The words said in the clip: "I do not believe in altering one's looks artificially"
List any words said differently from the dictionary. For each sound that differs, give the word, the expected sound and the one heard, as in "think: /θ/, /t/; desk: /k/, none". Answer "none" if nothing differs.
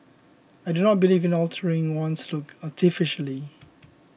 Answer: one's: /z/, /s/; looks: /s/, none